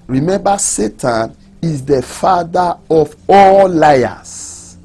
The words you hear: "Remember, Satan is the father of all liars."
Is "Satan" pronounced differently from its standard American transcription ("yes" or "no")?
no